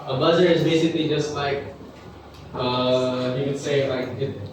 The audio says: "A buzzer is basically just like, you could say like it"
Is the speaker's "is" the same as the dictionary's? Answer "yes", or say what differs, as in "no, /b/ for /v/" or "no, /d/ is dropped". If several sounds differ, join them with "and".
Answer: yes